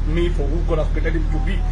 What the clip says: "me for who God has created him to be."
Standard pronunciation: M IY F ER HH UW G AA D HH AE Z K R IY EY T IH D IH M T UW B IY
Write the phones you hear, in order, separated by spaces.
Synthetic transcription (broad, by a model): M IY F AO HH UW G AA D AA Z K IY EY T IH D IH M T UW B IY